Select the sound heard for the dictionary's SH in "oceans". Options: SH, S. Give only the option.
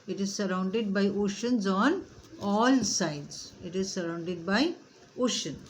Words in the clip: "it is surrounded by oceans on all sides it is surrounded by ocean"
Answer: SH